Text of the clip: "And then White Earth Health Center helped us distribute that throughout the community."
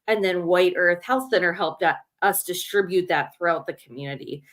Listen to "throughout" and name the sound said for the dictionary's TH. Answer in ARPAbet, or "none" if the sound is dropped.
TH